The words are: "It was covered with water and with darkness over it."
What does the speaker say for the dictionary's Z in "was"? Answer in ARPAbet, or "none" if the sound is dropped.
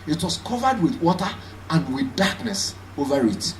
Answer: S